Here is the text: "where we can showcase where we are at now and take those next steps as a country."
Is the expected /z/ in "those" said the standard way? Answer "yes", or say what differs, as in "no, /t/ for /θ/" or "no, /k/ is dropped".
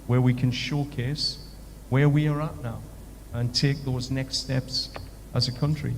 yes